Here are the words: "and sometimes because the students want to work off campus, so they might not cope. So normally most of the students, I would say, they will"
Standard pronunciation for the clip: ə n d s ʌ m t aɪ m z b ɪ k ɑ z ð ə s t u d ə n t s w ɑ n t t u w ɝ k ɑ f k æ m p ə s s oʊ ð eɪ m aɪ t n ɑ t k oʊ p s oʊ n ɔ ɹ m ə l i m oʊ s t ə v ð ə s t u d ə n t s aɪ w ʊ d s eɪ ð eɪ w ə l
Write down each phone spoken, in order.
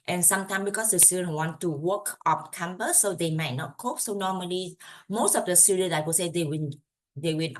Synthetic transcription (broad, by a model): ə n s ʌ m t aɪ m b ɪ k ɑ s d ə s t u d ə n w ɑ n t t u w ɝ k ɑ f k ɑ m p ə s s oʊ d eɪ m aɪ t n ɑ t k oʊ p s oʊ n ɔ m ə l i m oʊ s t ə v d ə s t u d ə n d aɪ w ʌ s eɪ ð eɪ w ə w